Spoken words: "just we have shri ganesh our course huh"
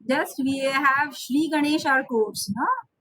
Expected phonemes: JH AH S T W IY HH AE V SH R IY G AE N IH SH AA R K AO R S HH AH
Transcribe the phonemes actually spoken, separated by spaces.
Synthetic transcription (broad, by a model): JH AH S T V IY HH AE V SH R IY G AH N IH SH AA R K AO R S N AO